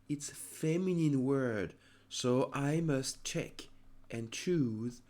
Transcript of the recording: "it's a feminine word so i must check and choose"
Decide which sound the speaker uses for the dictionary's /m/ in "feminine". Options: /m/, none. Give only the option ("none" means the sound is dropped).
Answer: /m/